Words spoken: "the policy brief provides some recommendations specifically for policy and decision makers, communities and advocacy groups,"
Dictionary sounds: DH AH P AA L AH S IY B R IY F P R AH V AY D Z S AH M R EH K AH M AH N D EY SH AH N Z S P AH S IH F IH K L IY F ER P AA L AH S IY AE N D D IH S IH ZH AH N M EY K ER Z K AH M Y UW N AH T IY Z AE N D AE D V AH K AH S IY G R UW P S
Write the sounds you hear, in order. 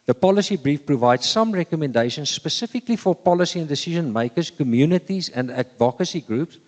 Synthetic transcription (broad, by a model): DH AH P AA L AH S IY B R IY F P R AH V AY D Z S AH M R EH K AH M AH N D EY SH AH N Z S P AH S IH F IH K L IY F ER P AA L AH S IY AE N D D IH S IH ZH AH N M EY K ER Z K AH M Y UW N AH T IY Z AE N D AE D V AH K AH S IY G R UW P S